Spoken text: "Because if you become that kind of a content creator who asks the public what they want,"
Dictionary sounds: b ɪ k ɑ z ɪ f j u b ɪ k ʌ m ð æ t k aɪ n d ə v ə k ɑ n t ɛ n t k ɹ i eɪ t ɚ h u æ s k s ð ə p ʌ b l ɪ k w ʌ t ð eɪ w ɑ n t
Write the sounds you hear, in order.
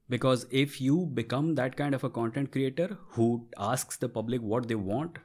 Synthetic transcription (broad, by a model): b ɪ k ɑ z ɪ f j u b ɪ k ʌ m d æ t k aɪ n d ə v ə k ɑ n t ɛ n t k ɹ i eɪ t ɚ h u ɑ s k s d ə p ʌ b l ɪ k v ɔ t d eɪ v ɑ n t